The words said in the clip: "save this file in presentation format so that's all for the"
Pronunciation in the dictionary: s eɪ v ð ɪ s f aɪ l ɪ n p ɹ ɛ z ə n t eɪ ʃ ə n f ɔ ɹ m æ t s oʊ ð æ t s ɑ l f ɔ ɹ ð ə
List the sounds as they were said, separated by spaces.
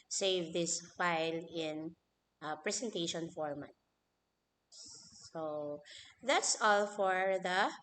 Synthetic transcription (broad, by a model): s eɪ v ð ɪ s f aɪ l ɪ n p ɹ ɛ s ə n t eɪ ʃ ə n f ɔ ɹ m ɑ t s oʊ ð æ t s ɑ l f ɔ ɹ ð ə